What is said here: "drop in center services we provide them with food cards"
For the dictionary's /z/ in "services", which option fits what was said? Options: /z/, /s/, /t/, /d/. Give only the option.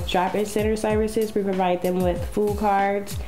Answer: /z/